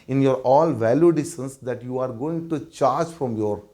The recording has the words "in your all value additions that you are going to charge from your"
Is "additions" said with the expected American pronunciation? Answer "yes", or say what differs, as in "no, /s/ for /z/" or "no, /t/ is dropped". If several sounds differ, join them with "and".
no, /s/ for /ʃ/